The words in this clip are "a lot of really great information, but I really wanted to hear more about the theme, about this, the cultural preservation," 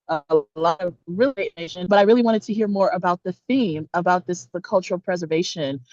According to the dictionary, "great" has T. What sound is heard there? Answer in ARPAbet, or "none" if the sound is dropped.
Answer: none